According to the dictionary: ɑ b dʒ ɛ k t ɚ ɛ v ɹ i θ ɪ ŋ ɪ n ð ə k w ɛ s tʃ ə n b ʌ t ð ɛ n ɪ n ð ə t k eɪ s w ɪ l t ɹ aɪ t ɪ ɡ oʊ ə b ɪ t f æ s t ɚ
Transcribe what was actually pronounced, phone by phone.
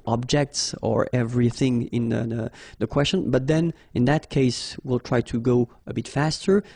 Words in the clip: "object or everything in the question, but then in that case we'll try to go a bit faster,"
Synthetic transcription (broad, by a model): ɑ b dʒ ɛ k t ɚ ɛ v ɹ i θ ɪ ŋ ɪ n ð ə k w ɛ s tʃ ə n b ʌ t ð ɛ n ɪ n ð ə t k eɪ s w ɪ l t ɹ aɪ t ɪ ɡ oʊ ə b ɪ t f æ s t ɚ